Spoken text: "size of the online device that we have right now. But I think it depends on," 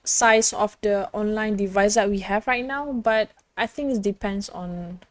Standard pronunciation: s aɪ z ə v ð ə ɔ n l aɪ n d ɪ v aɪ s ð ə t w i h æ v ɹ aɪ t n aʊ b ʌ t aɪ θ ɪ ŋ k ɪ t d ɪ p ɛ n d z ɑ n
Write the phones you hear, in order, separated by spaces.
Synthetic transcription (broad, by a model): s aɪ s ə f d ə ɔ n l aɪ n d ɪ v aɪ s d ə t w i h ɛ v ɹ aɪ t n aʊ b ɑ t aɪ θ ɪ ŋ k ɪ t d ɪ p ɛ n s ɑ n